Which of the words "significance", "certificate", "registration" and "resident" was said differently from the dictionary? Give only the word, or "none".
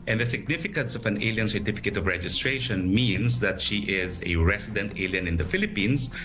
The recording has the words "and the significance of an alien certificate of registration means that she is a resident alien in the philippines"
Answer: resident